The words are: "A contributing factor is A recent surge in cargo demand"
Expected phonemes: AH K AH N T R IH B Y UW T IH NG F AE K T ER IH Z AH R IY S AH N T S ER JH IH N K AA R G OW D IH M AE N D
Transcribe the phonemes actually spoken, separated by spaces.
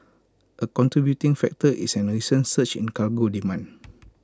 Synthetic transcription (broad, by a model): AH K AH N T R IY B Y UW T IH NG F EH K T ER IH S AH R IY S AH N S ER CH IH N K AA L G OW D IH M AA N